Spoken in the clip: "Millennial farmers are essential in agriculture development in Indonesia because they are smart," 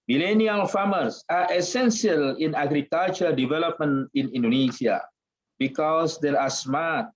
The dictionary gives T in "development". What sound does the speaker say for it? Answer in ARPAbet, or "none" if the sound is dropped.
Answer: none